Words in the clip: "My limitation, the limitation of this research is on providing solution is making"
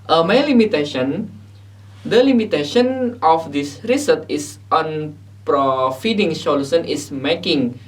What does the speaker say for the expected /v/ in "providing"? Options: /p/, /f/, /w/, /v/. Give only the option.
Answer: /f/